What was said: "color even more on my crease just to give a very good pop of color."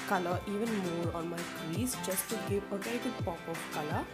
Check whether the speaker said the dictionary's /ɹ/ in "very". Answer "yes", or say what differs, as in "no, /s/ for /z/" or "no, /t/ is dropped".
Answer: no, /ɹ/ is dropped